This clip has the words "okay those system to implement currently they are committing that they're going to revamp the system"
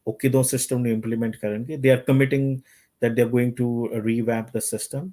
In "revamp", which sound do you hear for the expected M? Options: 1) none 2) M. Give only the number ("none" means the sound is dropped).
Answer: 1